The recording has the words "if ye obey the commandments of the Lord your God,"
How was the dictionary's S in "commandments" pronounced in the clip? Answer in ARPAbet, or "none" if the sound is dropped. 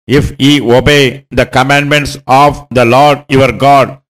S